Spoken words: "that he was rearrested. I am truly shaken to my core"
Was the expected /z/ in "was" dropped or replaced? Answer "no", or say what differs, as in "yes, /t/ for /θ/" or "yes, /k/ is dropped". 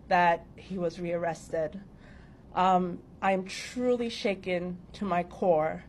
no